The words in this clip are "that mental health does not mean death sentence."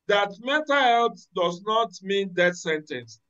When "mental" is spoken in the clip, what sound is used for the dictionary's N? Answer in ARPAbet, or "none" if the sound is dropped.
none